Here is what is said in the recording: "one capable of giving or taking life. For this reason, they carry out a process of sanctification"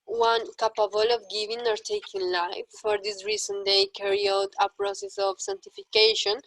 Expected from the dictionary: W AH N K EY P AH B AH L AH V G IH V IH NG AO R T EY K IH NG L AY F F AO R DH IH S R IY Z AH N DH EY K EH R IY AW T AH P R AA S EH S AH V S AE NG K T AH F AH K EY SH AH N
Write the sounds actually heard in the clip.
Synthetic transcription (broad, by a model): W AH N K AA P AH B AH L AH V G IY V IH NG AO R T EY K IH NG L AY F F AO R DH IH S R IY S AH N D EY K EH R IY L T AH P R AA S EH S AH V S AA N T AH F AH K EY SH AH N